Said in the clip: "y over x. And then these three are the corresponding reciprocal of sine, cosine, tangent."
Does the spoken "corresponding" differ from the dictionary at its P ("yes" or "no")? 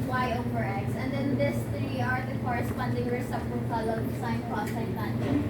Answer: no